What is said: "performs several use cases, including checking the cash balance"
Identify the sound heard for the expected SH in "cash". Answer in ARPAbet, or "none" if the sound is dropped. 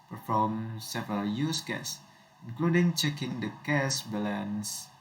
S